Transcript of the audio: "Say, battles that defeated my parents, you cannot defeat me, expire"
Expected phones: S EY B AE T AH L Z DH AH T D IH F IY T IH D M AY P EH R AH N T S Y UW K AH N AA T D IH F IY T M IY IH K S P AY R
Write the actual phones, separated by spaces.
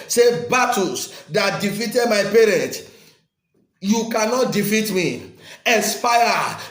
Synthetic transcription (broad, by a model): S EY B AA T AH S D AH T D IH F IY T IH D M AY P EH R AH N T Y UW K AH N AA T D IH F IY T M IY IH S P AY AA